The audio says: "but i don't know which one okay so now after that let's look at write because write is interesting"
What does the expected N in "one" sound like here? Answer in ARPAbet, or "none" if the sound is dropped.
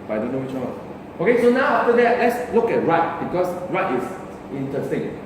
none